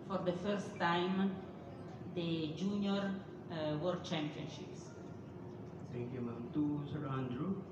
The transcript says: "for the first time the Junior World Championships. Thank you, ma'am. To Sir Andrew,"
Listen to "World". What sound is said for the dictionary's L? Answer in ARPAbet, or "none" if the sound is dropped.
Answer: none